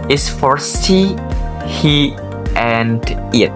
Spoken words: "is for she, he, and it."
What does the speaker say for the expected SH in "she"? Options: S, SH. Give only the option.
S